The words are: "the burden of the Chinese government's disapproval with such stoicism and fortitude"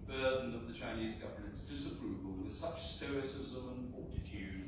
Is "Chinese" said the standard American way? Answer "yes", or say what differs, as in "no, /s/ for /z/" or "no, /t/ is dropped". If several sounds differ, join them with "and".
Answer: yes